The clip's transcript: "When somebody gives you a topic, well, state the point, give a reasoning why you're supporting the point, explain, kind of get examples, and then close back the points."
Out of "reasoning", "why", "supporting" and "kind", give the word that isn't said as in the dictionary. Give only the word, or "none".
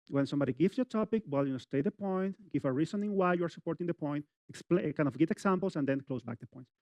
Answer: reasoning